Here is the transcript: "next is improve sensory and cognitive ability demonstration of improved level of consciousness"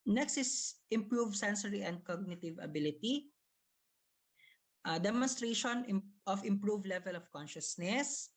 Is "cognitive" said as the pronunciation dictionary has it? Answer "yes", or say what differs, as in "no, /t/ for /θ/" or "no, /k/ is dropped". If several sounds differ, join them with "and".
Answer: yes